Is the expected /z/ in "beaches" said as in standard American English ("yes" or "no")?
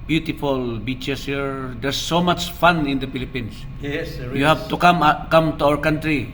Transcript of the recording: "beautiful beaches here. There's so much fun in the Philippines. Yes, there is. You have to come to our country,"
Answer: no